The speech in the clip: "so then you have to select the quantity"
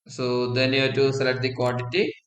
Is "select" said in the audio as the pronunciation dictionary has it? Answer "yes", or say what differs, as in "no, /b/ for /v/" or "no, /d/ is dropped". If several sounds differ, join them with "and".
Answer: no, /k/ is dropped